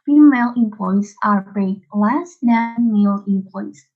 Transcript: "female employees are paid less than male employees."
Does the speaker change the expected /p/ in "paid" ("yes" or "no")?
yes